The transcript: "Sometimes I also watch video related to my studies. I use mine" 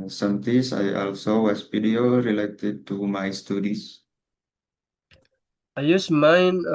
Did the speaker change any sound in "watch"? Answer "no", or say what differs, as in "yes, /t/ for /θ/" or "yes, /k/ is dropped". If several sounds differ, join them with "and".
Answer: yes, /s/ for /tʃ/